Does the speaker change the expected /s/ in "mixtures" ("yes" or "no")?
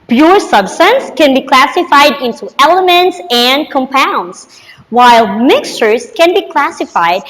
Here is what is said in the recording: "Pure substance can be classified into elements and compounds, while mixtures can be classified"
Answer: no